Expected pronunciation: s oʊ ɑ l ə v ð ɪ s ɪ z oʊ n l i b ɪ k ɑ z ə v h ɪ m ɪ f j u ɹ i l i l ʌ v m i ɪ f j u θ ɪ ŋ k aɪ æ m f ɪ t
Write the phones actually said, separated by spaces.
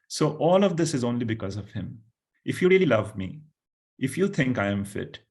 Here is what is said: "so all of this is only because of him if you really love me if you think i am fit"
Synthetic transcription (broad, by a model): s oʊ ɑ l ə v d ɪ s ɪ z oʊ n l i b ɪ k ɑ z ə v h ɪ m ɪ f j u ɹ i l i l ʌ v m i ɪ f j u t ɪ ŋ k aɪ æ m f ɪ t